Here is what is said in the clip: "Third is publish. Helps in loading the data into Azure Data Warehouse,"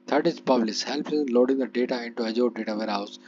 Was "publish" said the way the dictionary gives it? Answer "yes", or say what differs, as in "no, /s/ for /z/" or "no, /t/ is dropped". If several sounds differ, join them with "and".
no, /s/ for /ʃ/